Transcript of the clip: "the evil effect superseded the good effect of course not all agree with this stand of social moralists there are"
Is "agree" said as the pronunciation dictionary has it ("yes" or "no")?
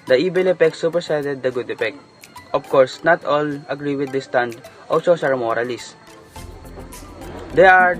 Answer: yes